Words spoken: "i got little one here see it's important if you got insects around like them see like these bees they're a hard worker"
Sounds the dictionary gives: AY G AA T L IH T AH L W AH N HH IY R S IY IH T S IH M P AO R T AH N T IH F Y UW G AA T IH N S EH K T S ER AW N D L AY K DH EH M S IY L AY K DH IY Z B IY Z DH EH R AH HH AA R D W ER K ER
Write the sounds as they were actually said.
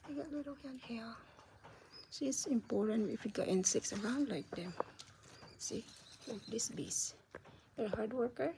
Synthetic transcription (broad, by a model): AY G AA T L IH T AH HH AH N HH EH L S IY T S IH M P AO R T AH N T IH F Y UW G AA T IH N S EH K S ER AW N D L AY K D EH M S IY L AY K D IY S B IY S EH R HH AA R D W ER K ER